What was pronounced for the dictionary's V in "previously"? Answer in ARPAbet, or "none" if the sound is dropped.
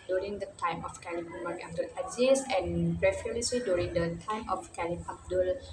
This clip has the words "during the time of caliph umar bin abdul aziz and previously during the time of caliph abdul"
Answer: F